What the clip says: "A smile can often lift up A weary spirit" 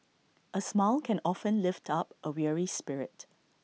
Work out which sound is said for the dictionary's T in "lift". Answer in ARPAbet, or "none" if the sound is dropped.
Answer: T